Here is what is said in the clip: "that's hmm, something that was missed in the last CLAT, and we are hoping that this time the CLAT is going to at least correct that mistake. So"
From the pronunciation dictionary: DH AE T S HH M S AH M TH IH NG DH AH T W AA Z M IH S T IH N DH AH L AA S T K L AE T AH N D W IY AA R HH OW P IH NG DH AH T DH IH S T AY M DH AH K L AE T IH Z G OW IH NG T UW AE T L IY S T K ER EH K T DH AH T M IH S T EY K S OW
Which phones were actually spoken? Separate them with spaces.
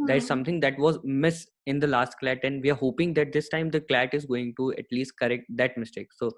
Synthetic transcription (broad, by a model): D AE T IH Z S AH M T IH NG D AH T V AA Z M IH S IH N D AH L AA S T K L AE T AH N D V IY AA R HH OW P IH NG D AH T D IH S T AY M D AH K L AE T IH Z G OW IH NG T UW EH T L IY S T K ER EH K T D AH T M IH S T EY K S OW